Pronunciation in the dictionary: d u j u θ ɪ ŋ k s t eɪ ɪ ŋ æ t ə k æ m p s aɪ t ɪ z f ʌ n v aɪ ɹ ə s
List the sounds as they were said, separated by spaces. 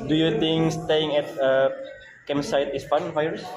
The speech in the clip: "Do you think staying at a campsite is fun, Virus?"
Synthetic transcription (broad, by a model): d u j u t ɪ ŋ s t eɪ ɪ ŋ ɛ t ə k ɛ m s aɪ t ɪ s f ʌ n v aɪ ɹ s